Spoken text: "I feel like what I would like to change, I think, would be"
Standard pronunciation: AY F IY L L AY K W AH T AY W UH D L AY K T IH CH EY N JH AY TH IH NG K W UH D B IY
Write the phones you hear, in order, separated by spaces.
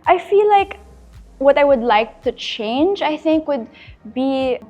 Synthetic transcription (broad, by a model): AY F IY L L AY K W AH T AY W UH D L AY K T IH CH EY N JH AY TH IH NG K W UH D B IY